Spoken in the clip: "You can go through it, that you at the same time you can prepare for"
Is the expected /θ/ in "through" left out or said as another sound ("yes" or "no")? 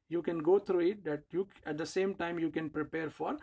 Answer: yes